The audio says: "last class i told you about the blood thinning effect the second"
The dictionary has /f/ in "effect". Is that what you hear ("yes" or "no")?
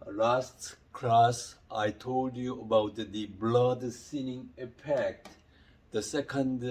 no